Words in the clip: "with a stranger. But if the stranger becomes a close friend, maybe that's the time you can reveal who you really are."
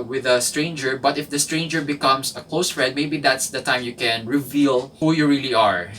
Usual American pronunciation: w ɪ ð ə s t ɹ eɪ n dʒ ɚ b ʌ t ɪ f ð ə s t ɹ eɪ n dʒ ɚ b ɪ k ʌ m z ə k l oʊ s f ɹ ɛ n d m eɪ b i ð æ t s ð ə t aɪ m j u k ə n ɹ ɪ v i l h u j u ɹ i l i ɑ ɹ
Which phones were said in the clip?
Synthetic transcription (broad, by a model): w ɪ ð ə s t ɹ eɪ n dʒ ɚ b ʌ t ɪ f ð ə s t ɹ eɪ n dʒ ɚ b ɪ k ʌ m s ə k l oʊ s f ɹ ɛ d m eɪ b i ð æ t s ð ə t aɪ m j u k ə n ɹ ɪ v i l h u j u ɹ i l i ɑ ɹ